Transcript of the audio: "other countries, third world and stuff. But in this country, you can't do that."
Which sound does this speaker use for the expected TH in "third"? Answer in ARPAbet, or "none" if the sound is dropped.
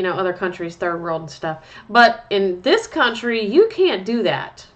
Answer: TH